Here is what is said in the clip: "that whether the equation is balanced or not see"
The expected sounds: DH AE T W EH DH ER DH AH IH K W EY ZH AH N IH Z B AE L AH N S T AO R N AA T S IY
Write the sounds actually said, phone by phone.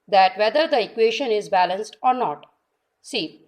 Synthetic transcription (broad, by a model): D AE T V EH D ER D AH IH K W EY SH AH N IH Z B AE L AH N S T AO R N AA T S IY